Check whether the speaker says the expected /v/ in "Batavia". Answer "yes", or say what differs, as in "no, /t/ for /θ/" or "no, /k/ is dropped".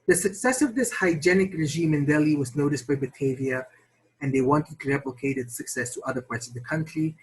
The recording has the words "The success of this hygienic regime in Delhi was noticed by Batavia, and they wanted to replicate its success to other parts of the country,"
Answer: yes